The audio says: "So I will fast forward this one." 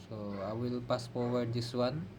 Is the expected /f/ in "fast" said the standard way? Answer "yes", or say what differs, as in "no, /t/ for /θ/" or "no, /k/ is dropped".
no, /p/ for /f/